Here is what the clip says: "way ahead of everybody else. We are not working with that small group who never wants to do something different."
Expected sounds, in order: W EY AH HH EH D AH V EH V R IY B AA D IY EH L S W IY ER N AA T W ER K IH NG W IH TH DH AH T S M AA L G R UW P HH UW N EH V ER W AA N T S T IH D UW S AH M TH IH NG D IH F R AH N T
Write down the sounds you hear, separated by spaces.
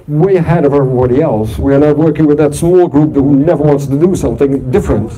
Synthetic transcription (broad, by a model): W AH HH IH D AH V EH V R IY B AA D IY EH L S W IY ER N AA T W ER K IH NG W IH DH AH T S M AA L G R UW P HH UW N EH V ER W AA N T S T IH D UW S AH M TH IH NG D IH F R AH N T